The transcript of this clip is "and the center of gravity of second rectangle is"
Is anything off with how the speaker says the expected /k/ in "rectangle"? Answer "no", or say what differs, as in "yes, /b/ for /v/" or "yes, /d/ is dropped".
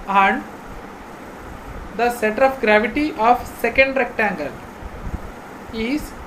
no